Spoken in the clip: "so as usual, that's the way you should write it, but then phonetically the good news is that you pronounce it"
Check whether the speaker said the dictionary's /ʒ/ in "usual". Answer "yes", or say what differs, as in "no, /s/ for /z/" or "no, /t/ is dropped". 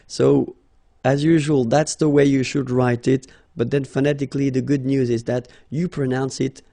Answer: yes